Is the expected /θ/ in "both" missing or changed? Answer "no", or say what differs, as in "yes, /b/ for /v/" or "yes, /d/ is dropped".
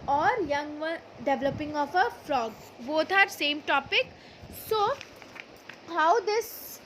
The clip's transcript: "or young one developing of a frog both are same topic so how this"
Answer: yes, /t/ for /θ/